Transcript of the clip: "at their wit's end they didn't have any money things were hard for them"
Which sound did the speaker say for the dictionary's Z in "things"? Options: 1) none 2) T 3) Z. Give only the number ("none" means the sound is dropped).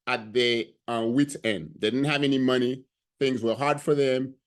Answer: 3